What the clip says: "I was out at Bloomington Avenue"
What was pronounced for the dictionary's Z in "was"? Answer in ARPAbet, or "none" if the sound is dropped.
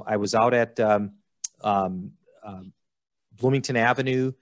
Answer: Z